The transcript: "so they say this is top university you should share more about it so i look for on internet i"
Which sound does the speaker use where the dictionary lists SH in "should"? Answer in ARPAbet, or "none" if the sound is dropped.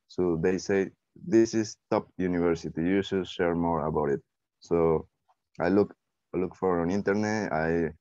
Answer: S